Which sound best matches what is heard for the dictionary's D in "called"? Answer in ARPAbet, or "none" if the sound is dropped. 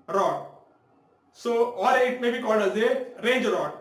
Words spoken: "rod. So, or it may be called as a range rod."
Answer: D